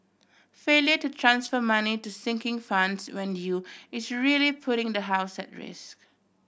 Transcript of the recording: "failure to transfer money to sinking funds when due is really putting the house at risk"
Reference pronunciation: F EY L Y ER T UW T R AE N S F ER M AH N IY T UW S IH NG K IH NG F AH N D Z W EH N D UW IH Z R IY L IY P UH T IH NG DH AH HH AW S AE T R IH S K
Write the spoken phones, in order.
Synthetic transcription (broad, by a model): F EY L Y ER T UW T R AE N S F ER M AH N IY T UW S IH NG K IH NG F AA N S W EH N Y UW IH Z R IY L IY P UH T IH NG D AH HH AW S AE T R IH S K